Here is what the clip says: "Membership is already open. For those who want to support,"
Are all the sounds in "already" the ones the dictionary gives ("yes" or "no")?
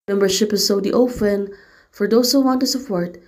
no